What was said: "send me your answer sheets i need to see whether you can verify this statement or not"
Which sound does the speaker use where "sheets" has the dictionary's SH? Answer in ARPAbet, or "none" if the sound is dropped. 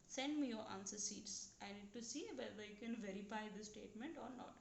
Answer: S